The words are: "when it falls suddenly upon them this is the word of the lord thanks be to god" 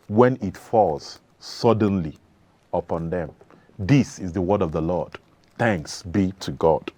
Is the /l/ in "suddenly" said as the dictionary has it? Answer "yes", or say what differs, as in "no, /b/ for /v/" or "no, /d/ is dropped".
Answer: yes